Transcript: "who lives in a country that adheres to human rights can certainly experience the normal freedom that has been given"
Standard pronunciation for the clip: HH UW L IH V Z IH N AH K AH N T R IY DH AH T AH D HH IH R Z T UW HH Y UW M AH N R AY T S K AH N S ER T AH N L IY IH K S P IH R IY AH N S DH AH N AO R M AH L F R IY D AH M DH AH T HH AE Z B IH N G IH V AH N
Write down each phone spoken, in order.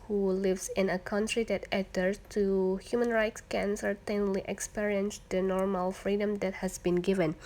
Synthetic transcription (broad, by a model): HH UW L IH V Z IH N AH K AH N T R IY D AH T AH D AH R S T UW HH Y UW M AH N R AY T S K AH N S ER T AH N L IY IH K S P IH R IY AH N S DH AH N AO R M AH L F R IY D AH M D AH T HH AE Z B IH N G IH V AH N